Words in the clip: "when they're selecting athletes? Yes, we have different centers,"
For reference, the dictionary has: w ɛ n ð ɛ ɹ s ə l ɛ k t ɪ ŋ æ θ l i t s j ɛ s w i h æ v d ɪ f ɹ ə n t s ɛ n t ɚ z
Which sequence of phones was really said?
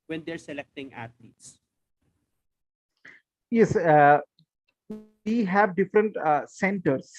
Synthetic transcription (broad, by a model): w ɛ n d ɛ ɹ s ə l ɛ k t ɪ ŋ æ t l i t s j ɛ s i h æ v d ɪ f ɹ ə n t s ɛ n t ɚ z